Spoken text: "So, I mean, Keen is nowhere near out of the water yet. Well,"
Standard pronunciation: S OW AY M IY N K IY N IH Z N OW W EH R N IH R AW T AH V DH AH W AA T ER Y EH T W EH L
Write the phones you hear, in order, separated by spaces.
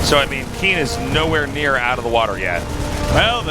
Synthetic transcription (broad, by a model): S OW AY M IY N K IY N IH Z N OW W EH R N IH R AW T AH V DH AH W AA T ER Y EH T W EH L